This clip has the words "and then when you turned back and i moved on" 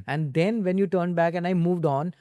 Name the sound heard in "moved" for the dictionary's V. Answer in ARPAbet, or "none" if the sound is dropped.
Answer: V